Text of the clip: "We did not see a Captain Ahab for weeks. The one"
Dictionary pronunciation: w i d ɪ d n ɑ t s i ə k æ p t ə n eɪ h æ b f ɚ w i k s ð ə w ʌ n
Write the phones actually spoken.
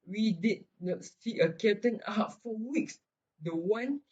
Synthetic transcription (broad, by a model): w i d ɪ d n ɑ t s i ə k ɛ t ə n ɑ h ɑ f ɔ w i k s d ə w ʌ n